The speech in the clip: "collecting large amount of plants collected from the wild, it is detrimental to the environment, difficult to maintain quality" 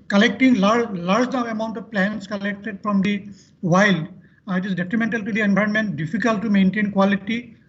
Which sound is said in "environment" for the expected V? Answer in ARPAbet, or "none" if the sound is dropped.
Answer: B